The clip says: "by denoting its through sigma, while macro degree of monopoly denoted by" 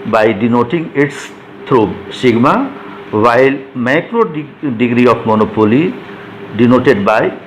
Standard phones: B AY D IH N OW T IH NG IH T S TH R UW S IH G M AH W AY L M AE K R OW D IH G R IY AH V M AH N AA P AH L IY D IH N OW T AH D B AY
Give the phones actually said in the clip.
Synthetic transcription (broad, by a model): B AY D IH N OW T IH NG IH T S T R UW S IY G M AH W AY L M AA K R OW D IH G R IY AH P M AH N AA P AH L IY D IH N OW T AH D B AY